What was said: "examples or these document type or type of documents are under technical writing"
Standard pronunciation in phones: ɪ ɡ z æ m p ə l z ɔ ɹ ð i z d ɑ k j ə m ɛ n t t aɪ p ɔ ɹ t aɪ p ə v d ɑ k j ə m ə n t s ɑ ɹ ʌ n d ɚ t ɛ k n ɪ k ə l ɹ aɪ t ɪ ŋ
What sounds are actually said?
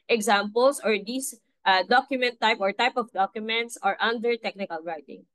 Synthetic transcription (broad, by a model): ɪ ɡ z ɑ m p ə l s ɔ ɹ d i s d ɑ k j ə m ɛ n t t aɪ p ɔ ɹ t aɪ p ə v d ɑ k j ə m ə n t s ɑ ɹ ʌ n d ɚ t ɛ k n ɪ k ə l ɹ aɪ t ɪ ŋ